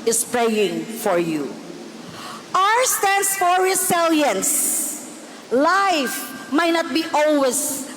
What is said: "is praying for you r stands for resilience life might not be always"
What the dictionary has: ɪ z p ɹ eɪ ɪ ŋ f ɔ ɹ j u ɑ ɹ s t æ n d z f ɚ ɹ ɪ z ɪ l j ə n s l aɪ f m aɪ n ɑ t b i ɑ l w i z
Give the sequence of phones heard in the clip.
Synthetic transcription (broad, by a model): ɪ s p ɹ eɪ ɪ ŋ f ɔ ɹ j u ɑ ɹ s t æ n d s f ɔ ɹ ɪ s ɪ l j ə n s l aɪ f m aɪ n ɑ t b i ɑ l w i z